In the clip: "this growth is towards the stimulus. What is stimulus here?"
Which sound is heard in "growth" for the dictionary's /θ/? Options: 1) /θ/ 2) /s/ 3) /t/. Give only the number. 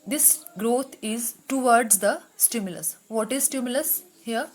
3